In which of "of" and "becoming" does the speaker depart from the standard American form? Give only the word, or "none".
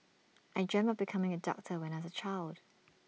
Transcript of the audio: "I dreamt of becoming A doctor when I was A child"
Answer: of